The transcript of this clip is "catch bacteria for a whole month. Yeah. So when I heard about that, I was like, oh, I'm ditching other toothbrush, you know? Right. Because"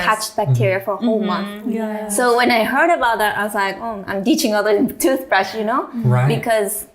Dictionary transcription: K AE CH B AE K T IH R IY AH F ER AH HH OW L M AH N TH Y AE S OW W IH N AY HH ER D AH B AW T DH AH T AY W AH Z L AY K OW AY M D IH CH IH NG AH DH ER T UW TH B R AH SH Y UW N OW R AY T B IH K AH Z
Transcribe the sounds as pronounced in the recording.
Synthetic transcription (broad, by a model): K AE CH B AE K T IH R IY AH F ER AH HH OW L M AH N TH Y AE S OW W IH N AY HH ER D AH B AW T DH AH T AY W AH Z L AY K OW AY M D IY CH IH NG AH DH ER T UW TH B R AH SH Y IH N OW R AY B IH K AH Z